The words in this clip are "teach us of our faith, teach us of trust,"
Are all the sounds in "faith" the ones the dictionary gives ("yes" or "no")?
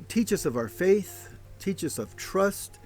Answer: yes